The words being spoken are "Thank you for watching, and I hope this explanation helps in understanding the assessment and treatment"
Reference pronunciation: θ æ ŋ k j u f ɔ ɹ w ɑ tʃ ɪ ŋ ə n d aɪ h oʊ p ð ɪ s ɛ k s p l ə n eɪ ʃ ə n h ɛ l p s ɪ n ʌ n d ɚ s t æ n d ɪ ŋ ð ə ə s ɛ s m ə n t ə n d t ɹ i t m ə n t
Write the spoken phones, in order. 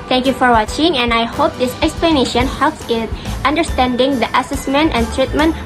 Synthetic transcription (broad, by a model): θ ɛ ŋ k j u f ɔ ɹ w ɑ tʃ ɪ ŋ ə n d aɪ h oʊ p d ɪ s ɛ k s p l ə n eɪ ʃ ə n h ɛ l p s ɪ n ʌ n d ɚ s t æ n d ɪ ŋ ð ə ə s ɛ s m ə n t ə n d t ɹ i t m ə n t